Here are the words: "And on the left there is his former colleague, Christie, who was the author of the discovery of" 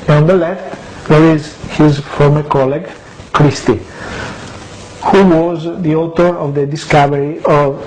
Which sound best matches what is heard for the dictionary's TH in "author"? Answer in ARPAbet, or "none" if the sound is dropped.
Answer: T